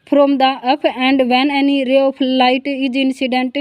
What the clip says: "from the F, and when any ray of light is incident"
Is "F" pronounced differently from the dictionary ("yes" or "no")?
yes